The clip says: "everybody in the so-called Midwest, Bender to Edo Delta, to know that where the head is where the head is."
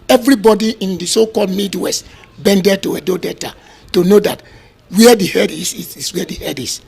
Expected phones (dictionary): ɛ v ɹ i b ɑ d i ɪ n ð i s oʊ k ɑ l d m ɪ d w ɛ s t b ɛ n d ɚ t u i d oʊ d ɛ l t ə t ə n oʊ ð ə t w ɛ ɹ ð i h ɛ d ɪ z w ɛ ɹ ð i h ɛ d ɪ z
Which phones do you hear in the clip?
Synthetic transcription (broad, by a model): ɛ v ɹ i b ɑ d i ɪ n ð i s oʊ k ɑ l d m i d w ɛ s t b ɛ n d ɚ t u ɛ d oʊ d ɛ t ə t ə n oʊ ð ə t w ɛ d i h ɛ d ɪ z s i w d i h ɛ d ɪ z